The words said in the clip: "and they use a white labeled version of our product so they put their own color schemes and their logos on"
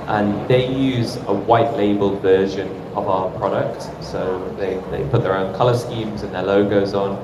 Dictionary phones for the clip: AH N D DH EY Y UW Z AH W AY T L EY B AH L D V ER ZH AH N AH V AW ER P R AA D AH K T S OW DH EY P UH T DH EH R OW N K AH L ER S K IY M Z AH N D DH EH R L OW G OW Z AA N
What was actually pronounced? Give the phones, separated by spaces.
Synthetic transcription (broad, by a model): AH N DH EY Y UW Z AH W AY T L EY B AH L V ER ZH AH N AH V AW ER P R AA D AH K T S OW DH EY P UH T DH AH R OW N K AH L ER S K IY M Z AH N DH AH L OW G OW Z N